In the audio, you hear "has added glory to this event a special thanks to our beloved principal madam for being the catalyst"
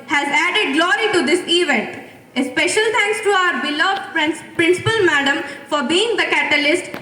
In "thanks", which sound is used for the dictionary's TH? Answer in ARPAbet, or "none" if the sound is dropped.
T